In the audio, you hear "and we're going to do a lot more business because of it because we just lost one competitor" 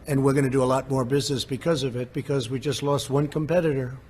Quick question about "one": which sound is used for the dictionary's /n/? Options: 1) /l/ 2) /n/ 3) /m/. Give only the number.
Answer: 2